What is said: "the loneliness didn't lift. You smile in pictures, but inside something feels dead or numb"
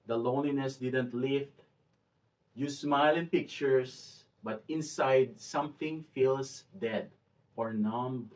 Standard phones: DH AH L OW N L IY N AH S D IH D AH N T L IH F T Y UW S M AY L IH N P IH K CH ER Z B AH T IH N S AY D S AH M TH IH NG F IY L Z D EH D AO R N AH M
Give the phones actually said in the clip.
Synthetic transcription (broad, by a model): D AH L OW N L IY N AH S D IH D AH N T L IH F T Y UW S M AY L IH N P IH K CH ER S B AH T IH N S AY D S AH M TH IH NG F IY L S D EH D AO R N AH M